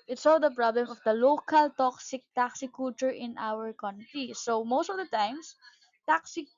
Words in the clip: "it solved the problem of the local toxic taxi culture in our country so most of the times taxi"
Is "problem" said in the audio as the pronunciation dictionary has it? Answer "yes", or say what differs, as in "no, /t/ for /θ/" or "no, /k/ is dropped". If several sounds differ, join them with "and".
yes